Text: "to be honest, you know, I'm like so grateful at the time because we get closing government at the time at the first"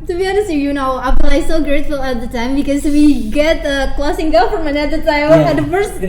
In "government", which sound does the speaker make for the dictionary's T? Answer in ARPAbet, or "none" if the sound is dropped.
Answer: none